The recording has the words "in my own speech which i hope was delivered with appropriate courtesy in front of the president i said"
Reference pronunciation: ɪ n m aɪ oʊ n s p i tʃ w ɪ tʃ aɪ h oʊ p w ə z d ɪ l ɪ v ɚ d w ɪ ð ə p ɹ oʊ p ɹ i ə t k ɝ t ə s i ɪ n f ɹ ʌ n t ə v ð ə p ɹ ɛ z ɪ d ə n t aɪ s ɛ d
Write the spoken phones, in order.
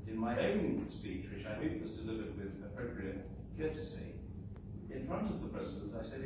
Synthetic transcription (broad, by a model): ɪ n m aɪ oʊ n s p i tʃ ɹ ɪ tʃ aɪ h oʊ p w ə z d ɪ l ɪ v ɚ d w ɪ ð ə p ɹ oʊ p ɹ i ə t k ɝ t ə s i ɪ n f ɹ ʌ n t ə v ð ə p ɹ ɛ z ɪ d ə n t aɪ s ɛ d